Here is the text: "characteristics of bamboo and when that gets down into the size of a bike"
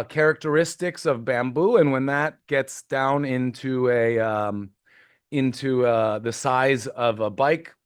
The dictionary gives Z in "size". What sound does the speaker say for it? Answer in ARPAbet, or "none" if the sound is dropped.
Z